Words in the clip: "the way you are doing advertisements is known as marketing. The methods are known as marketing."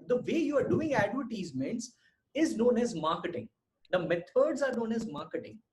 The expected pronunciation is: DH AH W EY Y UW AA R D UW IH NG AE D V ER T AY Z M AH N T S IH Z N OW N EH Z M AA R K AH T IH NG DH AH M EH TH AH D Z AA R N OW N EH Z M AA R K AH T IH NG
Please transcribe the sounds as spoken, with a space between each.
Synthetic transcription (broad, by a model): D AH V EY Y UW AA R D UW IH NG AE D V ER T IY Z M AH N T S IH Z N OW N EH Z M AA R K AH T IH NG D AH M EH T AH D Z AA R N OW N EH Z M AA R K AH T IH NG